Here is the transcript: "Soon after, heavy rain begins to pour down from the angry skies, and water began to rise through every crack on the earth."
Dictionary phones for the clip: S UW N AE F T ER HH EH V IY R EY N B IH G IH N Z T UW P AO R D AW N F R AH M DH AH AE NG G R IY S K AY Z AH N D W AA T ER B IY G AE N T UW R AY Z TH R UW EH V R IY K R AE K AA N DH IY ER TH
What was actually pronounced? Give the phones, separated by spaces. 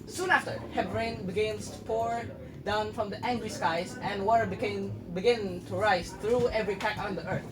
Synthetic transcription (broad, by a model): S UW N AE F T ER HH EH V R EY N B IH G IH N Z T UW P AO R D AW N F R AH M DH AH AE NG G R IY S K AY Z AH N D W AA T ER B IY G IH N T UW R AY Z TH R UW EH V R IY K AE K AA N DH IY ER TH